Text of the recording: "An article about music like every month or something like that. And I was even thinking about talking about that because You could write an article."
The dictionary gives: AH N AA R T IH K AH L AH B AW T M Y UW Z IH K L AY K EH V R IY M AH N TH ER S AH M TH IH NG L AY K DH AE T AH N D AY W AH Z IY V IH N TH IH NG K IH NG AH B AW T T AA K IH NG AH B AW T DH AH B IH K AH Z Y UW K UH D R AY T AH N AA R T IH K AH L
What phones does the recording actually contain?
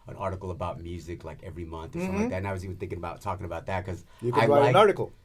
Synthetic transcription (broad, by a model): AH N AA R T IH K L AH B AW T M Y UW Z IH K L AY K EH V R IY M AH N TH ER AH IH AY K DH AE T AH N AY W AH Z IY V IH N TH IH NG K IH NG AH B AW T T AA K IH NG AH B AW T DH AH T K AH Z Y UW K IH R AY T AH N AA R T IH K L